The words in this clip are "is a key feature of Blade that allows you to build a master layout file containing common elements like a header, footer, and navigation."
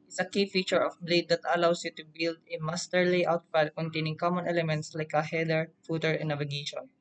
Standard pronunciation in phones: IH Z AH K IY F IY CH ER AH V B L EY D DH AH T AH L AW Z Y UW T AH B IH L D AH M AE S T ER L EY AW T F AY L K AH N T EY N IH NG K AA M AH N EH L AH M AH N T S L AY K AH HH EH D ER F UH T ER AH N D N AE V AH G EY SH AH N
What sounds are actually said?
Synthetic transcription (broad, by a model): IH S AH K IY F IY CH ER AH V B L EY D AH T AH L AW S Y UW T AH B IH L D AH M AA S T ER L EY AW T P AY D K AH N T EY N IH NG K AA M AH N EH L AH M AH N T S L AY K AH HH EH D ER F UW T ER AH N N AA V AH G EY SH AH N